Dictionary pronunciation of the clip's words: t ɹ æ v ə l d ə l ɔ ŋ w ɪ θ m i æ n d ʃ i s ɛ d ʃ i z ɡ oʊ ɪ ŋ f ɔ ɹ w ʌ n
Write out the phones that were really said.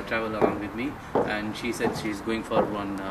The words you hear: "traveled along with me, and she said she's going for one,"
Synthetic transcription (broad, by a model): t ɹ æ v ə l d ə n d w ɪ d m i æ n d ʃ i s ɛ d ʃ i z ɡ oʊ ɪ ŋ f ɔ ɹ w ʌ n